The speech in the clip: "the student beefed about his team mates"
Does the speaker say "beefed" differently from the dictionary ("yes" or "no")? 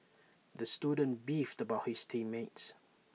no